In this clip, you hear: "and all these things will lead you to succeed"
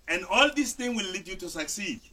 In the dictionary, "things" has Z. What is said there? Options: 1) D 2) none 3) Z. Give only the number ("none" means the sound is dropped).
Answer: 2